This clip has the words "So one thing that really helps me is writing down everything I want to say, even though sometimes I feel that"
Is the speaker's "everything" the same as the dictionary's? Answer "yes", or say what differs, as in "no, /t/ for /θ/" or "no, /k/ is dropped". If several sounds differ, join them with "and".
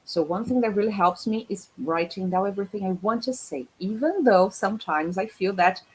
yes